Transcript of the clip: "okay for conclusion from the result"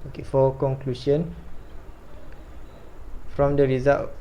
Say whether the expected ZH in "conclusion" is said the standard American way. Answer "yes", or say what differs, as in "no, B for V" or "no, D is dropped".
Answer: no, SH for ZH